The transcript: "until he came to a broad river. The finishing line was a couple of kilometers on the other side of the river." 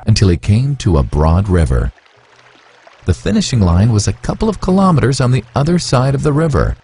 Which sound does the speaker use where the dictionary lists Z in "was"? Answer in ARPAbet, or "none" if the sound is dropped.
Z